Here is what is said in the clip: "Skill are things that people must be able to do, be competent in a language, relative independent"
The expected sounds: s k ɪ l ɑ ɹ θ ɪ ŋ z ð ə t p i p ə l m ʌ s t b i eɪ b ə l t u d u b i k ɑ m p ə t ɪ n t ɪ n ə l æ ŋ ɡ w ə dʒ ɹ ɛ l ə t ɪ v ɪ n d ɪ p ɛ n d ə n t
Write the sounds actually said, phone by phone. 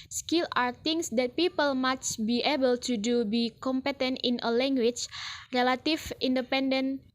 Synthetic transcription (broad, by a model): s k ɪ l ɑ ɹ t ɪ ŋ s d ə t p i p ə l m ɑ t b i eɪ b ə l t u d u b i k ɑ m p ə t ɪ n t ɪ n ə l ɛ ŋ ɡ w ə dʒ ɹ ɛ l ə t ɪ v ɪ n d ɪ p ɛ n d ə n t